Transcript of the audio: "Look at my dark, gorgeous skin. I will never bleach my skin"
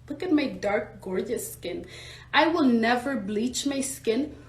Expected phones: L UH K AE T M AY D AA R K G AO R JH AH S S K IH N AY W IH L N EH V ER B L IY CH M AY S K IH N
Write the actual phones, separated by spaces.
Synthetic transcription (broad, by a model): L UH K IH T M AY D AA R K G AO R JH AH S S K IH N AY W IH L N EH V ER B L IY CH M AY S K IH N